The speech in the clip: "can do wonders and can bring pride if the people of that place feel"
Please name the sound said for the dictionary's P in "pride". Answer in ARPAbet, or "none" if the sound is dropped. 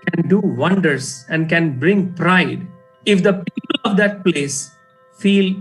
P